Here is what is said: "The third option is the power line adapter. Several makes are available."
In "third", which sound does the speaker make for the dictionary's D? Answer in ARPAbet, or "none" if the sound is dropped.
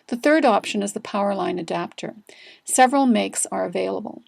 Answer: D